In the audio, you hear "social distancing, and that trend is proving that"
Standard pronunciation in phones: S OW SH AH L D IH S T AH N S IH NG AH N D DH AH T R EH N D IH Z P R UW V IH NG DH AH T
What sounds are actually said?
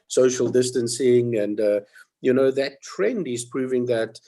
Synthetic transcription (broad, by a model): S OW SH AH L D IH S T AH N S IH NG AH N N DH AH T R EH N D IH Z P R UW V IH NG DH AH T